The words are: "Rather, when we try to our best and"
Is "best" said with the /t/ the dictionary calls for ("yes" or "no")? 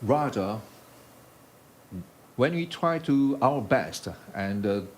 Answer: yes